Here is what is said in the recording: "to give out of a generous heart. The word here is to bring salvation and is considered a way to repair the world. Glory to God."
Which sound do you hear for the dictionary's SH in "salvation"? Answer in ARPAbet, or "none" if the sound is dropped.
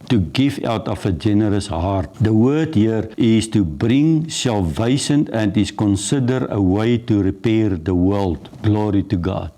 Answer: S